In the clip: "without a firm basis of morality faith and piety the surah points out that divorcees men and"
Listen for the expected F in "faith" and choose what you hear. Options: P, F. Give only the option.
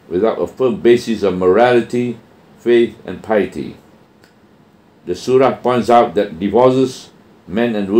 F